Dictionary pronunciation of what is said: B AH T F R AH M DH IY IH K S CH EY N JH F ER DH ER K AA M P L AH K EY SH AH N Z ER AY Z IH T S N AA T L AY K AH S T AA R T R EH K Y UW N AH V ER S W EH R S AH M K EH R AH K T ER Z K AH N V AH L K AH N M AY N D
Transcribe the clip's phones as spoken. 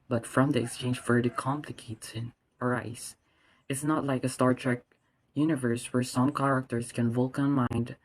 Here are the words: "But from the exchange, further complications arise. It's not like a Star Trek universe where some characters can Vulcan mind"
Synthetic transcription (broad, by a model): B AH T F R AH M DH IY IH K S CH EY N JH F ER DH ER K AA M P L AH K EY S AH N ER AY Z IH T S N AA T L AY K AH S T AA R T R EH K Y UW N AH V ER S W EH R S AH M K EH R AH K T ER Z K AH N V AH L K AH N M AY N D